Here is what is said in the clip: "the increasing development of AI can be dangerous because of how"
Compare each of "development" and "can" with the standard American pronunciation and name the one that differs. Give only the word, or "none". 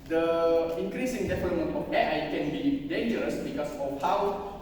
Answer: development